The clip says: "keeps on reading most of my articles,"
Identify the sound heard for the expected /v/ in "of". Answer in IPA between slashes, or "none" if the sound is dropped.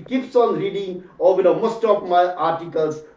/p/